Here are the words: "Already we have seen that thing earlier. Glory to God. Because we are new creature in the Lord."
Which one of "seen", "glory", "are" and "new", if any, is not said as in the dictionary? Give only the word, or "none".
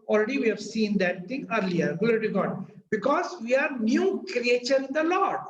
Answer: glory